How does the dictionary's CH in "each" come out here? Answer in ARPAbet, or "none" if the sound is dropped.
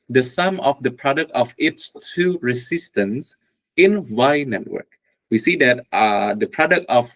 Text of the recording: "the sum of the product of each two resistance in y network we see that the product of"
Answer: S